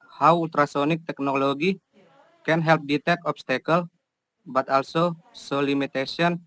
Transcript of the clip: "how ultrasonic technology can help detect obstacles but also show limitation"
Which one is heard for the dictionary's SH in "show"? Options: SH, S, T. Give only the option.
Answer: S